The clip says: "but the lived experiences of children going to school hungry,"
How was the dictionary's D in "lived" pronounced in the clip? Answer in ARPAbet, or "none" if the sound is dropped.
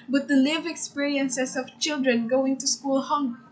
none